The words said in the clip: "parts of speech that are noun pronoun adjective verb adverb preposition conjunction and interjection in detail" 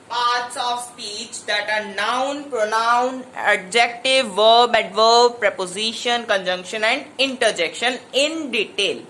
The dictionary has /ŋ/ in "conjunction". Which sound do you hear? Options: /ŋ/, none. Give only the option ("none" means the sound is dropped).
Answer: /ŋ/